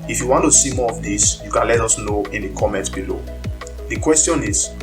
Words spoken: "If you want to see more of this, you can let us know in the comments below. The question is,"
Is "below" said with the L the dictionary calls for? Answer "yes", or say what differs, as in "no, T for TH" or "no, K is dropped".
yes